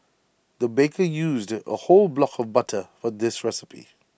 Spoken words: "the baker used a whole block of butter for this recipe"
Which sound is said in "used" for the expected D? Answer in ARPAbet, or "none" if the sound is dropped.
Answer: D